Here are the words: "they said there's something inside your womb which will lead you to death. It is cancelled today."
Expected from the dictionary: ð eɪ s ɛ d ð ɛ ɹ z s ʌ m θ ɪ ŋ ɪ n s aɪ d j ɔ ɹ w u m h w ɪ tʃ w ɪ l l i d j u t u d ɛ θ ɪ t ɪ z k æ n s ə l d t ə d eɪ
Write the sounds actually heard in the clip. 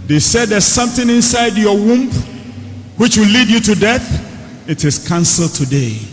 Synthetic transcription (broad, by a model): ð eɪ s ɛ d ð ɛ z s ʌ m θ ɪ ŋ ɪ n s aɪ d j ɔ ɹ w u m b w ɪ tʃ w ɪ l l i d j u t u d ɛ θ ɪ t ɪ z k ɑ n s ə l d t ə d eɪ